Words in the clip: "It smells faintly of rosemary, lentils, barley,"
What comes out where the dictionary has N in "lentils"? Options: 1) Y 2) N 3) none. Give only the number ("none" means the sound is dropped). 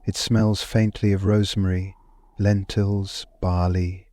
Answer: 2